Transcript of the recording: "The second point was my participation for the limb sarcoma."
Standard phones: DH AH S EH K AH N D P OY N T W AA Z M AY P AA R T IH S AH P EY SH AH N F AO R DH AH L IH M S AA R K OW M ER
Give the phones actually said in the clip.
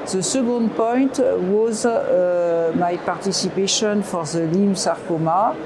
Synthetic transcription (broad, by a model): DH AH S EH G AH N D P OY N T W AA Z M AY P AA R T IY S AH P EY SH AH N F AO R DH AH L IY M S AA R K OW M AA